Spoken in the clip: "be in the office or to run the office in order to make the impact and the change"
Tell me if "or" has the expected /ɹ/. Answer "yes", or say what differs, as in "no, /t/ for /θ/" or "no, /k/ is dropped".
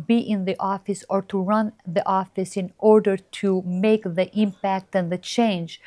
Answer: yes